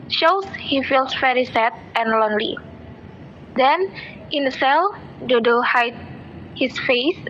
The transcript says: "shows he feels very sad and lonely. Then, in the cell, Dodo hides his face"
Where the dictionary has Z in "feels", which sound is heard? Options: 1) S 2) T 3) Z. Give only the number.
1